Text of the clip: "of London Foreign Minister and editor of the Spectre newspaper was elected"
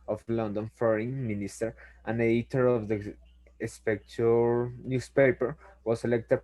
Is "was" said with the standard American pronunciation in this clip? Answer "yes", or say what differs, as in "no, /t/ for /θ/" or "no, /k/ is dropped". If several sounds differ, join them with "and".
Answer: no, /s/ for /z/